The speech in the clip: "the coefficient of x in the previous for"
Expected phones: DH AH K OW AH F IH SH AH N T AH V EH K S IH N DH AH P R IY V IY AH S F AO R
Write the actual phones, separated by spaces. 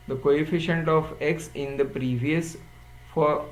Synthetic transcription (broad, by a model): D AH K OW AH F IH SH AH N T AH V EH K S IH N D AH P R IY V IY AH S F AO R